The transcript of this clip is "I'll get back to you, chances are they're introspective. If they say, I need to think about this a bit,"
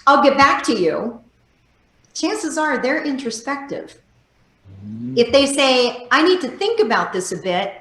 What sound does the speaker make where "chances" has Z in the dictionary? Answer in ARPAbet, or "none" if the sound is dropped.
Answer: Z